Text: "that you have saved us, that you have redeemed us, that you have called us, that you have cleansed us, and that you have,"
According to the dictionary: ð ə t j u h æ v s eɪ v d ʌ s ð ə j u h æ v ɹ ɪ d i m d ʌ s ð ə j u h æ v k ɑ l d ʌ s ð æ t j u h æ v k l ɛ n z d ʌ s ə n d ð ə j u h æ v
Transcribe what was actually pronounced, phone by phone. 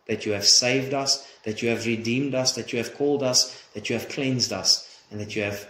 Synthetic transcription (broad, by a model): ð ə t j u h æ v s eɪ v d ʌ s ð ə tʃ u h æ v ɹ ɪ d i m d ʌ s ð ə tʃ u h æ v k ɑ l d ʌ s ð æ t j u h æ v k l ɛ n z d ʌ s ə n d ð ə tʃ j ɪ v